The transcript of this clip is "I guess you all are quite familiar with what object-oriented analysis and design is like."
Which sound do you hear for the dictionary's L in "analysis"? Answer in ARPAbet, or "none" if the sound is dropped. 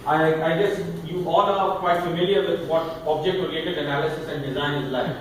L